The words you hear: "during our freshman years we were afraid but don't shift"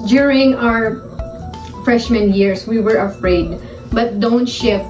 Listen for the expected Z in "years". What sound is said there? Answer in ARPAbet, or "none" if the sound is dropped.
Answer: S